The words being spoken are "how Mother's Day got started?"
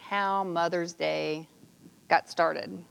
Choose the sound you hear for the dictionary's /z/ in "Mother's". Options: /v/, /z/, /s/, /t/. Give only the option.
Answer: /z/